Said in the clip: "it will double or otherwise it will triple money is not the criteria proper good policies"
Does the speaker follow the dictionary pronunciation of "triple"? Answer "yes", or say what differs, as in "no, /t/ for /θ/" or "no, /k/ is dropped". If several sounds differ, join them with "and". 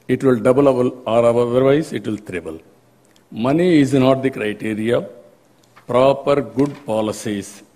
no, /b/ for /p/